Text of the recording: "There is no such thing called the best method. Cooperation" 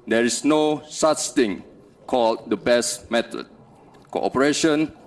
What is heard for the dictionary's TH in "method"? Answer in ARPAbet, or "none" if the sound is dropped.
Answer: T